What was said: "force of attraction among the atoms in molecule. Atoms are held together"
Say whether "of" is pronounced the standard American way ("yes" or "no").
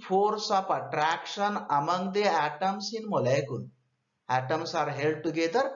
no